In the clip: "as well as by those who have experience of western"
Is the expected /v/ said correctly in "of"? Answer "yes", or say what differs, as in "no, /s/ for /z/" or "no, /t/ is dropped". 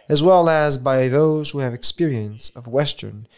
yes